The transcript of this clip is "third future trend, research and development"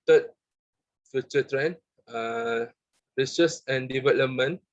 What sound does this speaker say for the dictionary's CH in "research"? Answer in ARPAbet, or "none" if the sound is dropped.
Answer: S